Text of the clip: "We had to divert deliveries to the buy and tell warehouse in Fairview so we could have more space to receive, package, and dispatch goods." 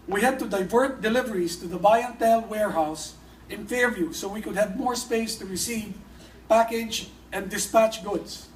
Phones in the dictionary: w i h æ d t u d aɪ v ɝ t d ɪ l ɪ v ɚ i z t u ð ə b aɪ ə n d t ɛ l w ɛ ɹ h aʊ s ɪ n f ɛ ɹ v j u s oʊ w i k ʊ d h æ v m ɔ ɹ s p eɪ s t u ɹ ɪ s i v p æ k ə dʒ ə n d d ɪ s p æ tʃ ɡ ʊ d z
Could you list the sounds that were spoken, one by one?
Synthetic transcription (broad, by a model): w i h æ d t u d aɪ v ɝ t d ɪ l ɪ v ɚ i s t u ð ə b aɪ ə n t ɛ l w ɛ ɹ h aʊ s ɪ n f ɛ ɹ v j u s oʊ w i k ʊ d h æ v m ɔ ɹ s p eɪ s t u ɹ ɪ s i v p æ k ə dʒ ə n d d ɪ s p æ tʃ ɡ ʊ d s